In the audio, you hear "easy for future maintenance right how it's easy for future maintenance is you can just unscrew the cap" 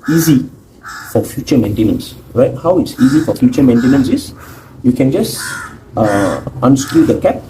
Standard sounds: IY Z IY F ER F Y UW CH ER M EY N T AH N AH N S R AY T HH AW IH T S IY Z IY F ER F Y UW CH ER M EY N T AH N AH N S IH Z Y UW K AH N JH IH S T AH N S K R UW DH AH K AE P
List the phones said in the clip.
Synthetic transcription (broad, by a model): IY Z IY F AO F Y UW CH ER M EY N T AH N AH N S R AY T HH AW IH T S IY Z IY F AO F Y UW CH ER M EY N T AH N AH N S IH S Y UW K AH N JH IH S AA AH N S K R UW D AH K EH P